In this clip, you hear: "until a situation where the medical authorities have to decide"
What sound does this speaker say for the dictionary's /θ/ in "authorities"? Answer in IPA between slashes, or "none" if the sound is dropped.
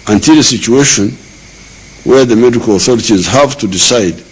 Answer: /θ/